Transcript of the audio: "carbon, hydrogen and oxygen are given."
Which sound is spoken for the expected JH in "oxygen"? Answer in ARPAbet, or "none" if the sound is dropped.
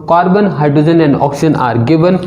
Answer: none